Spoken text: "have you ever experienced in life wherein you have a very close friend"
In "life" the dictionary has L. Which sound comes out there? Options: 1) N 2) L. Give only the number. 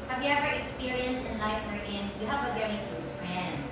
2